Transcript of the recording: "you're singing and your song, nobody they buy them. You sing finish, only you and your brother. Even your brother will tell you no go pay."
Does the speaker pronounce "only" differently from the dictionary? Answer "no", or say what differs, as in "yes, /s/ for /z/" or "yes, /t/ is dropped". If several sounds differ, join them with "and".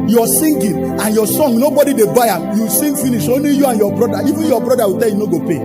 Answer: yes, /l/ is dropped